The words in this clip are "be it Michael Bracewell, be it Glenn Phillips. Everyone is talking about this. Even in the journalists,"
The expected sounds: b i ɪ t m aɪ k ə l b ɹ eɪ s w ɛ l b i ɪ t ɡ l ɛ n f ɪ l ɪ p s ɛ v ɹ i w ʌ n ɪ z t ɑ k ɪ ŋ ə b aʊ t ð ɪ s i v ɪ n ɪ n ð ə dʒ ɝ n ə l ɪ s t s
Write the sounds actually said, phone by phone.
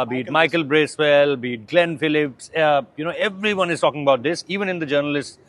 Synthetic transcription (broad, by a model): b i t m aɪ k ə l b ɹ eɪ s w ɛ l b i t ɡ l ɛ n f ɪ l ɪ p s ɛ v ɹ i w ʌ n ɪ z t ɑ k ɪ ŋ ə b aʊ t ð ɪ s i v ɪ n ɪ n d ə dʒ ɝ n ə l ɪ s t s